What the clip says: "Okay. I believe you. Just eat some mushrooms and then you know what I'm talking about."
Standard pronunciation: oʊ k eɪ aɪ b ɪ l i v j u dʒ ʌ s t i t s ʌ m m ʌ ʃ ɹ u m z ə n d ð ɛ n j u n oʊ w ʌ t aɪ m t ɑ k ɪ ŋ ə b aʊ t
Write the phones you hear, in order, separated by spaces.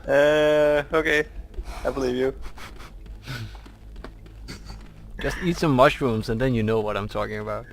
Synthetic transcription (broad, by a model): oʊ k eɪ aɪ b ɪ l i v j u dʒ ʌ s t i t s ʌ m m ʌ ʃ ɹ u m z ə n ð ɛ n j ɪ n oʊ w ʌ t aɪ m t ɑ k ɪ ŋ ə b aʊ t